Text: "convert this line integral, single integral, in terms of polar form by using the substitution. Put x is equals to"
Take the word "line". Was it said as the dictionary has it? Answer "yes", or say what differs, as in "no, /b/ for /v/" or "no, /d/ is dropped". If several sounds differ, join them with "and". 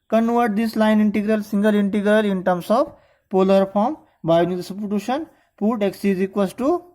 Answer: yes